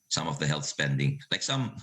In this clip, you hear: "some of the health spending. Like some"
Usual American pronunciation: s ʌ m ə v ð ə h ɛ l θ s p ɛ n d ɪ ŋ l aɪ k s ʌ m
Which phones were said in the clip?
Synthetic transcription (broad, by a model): s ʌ m ə v ð ə h ɛ l θ s p ɛ n d ɪ ŋ l aɪ k s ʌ m